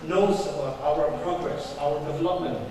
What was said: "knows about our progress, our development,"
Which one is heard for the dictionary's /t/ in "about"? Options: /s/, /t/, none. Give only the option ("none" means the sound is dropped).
none